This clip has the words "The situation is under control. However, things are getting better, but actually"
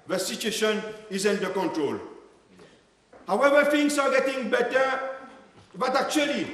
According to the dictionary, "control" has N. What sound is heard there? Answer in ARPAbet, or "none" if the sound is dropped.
N